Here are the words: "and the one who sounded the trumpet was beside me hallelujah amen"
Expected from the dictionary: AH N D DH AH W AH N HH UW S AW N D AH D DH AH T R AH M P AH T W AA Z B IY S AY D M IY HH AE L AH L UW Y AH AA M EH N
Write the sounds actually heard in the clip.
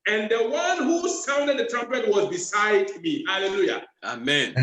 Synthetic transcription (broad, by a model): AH N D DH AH W AH N HH UW S AW N D AH D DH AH T R AH M P AH T W AA Z B IY S AY D M IY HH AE L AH L UW Y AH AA M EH N